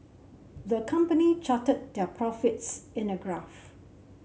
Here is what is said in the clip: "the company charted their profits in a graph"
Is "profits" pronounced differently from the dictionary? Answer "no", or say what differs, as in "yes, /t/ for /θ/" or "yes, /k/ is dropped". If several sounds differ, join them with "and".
no